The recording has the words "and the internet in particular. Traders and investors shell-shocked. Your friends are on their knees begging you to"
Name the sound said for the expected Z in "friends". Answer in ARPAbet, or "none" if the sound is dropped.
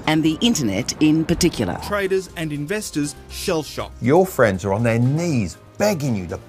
Z